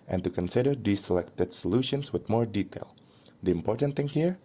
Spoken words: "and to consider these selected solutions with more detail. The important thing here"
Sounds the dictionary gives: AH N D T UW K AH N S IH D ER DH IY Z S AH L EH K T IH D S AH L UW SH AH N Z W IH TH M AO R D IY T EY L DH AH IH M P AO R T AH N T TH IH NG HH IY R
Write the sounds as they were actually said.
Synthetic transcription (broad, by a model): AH N T UW K AH N S IH D ER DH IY S AH L EH K T IH D S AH L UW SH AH N S W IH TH M AO R D IY T EY L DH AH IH M P AO R T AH N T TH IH NG HH IY R